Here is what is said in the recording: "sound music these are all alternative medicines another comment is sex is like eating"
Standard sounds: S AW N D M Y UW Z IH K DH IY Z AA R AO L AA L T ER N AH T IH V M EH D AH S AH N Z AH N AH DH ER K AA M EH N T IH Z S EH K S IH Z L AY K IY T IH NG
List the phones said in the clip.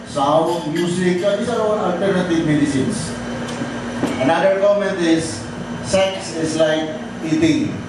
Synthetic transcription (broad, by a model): S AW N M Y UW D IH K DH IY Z AA R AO N AA L T ER N AH T IH V M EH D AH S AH N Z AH N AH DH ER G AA M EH N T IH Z S EH K S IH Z L AY K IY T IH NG